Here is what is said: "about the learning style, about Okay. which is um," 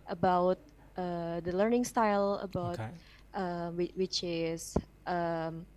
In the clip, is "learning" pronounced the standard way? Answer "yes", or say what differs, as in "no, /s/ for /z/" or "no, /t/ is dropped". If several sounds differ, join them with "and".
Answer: yes